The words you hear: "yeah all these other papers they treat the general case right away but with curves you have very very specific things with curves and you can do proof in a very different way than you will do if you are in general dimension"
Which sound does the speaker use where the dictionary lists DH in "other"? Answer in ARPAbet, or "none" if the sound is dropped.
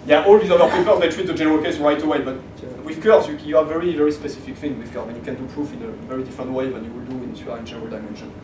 none